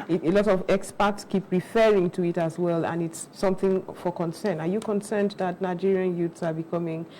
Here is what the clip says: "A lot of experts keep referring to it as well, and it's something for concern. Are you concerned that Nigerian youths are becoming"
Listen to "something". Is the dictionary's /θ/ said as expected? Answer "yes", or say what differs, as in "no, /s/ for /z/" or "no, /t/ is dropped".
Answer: yes